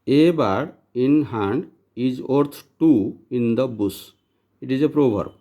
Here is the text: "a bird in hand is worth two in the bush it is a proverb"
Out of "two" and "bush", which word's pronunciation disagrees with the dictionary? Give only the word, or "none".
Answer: bush